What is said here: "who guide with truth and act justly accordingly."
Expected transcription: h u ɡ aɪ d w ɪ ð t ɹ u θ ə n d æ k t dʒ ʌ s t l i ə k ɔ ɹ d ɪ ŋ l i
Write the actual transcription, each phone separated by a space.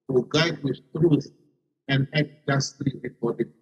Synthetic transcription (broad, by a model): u ɡ aɪ d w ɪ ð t ɹ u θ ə n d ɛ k dʒ ʌ s t l i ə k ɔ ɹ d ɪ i